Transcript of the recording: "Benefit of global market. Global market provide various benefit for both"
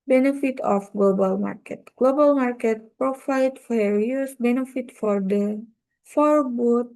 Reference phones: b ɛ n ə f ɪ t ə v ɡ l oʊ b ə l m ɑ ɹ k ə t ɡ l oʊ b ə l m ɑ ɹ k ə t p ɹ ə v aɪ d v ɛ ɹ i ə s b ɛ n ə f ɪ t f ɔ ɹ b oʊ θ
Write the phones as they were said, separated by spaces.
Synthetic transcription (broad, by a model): b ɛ n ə f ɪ t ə f ɡ l oʊ b ə l m ɑ ɹ k ə t ɡ l oʊ b ə l m ɑ ɹ k ə t p ɹ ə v aɪ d f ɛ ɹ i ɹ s b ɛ n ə f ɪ t f ɔ ɹ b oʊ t